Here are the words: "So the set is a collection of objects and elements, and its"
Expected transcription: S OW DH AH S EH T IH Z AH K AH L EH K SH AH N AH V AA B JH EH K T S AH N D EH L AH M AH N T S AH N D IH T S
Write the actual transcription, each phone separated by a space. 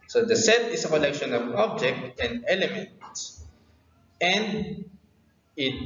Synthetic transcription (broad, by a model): S OW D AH S EH T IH S AH K AH L EH K SH AH N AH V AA B JH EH K T AH N D EH L AH M AH N T S AH N D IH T